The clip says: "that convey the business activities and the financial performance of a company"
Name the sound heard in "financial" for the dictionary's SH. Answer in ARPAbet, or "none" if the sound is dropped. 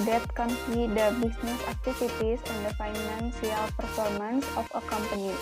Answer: S